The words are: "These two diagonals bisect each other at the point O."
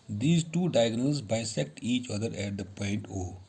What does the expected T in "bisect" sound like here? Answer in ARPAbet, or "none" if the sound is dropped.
T